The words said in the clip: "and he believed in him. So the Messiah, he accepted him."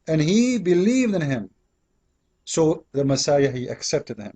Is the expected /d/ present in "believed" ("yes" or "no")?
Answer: yes